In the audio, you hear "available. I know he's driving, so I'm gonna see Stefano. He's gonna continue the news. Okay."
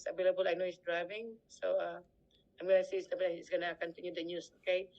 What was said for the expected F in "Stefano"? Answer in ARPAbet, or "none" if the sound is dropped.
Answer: none